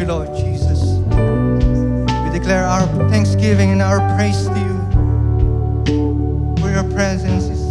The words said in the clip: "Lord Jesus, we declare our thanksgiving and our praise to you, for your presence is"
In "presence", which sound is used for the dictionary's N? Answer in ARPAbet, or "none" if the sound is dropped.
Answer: N